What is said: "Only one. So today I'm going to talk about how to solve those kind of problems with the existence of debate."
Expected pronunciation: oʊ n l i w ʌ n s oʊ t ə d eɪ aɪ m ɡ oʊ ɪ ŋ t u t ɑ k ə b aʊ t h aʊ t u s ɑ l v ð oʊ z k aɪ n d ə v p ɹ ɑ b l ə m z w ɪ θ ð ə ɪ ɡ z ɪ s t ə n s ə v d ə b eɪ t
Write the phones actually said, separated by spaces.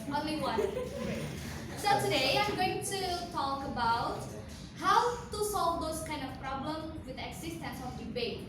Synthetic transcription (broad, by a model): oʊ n l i w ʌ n s oʊ t ə d eɪ aɪ m ɡ oʊ ɪ ŋ t u t ɑ k ə b aʊ t h aʊ t u s ɑ l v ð oʊ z k aɪ n d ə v p ɹ ɑ b l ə m w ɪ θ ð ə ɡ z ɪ s t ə n s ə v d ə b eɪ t